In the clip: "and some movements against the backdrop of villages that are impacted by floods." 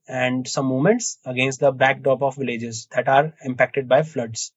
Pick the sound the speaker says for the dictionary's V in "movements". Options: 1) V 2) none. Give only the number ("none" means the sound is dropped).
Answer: 2